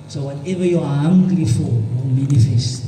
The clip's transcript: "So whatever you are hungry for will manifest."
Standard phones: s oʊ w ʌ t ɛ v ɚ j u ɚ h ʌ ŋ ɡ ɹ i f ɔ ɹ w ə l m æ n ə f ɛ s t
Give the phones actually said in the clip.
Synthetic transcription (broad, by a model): s oʊ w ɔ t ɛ v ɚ j u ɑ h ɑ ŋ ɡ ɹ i f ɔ l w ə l m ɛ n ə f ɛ s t